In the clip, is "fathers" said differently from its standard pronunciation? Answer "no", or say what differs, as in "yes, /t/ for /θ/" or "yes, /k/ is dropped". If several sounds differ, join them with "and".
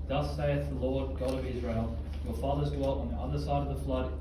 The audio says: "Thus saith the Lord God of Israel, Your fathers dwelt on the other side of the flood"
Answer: no